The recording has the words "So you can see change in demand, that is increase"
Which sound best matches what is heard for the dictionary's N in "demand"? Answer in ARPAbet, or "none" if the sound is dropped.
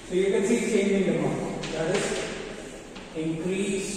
none